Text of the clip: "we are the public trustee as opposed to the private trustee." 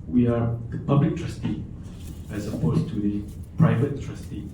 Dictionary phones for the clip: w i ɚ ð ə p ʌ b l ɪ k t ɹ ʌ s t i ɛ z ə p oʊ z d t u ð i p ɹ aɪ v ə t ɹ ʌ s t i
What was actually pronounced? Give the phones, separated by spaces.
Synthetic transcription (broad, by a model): w i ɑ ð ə p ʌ b l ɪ k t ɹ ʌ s t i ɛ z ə p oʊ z t u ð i p ɹ aɪ v ə t ɹ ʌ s t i